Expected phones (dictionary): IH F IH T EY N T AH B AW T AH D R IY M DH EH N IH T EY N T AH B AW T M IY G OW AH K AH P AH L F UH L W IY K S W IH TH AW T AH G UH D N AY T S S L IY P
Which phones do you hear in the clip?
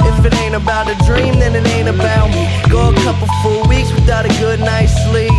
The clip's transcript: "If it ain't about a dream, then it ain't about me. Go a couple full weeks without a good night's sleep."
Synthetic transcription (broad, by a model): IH F IH T EY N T AH B AW T AH D R IY M DH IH N IH T EY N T AH B AW T G OW AH K AH P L F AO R W IY K S W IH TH AW T AH G UH D N AY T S S L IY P